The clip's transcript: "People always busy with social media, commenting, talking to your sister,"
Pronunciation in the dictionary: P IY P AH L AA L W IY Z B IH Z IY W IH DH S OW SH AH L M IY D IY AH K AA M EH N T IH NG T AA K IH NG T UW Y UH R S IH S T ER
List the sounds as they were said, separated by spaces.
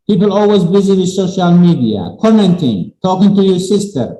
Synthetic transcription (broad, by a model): P IY P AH L AA L W IY Z B IH Z IY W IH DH S OW SH AH L M IY D IY AH K AA M EH N T IH NG T AA K IH NG T UW Y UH R S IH S T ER